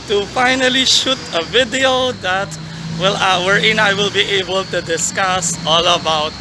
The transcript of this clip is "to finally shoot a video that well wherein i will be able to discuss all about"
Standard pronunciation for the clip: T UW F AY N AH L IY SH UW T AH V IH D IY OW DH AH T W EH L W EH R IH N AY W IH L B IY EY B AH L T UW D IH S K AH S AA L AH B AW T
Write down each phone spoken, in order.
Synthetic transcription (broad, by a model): T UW F AY N AH L IY SH UW T AH V IH D IY OW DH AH T W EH L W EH R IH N AY W IH L B IY EY B AH L T UW D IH S K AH S AA L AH B AW T